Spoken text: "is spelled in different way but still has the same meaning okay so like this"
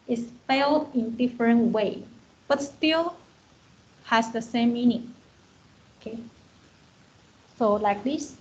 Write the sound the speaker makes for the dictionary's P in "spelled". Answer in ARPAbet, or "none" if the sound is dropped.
F